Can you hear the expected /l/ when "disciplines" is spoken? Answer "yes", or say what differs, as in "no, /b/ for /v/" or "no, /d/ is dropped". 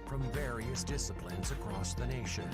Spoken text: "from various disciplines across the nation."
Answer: yes